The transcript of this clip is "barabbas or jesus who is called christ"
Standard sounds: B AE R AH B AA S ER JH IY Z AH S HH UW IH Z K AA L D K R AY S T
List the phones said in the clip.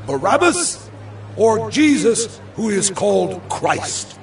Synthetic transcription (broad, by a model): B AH R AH B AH S ER JH IY Z AH S HH UW IH Z K AA L D K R AY S T